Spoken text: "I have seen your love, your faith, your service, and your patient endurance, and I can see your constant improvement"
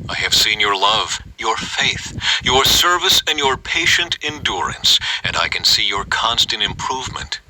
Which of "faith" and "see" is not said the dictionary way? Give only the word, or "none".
none